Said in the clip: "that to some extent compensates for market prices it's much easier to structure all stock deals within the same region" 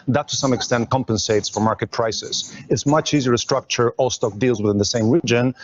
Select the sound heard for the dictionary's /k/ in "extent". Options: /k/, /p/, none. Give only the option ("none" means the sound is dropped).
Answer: /k/